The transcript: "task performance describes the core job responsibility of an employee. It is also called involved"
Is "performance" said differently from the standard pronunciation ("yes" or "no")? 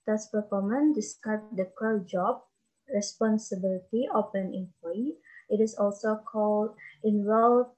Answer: yes